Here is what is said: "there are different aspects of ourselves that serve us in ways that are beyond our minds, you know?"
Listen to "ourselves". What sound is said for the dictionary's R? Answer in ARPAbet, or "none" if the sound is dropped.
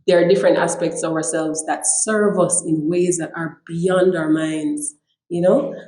R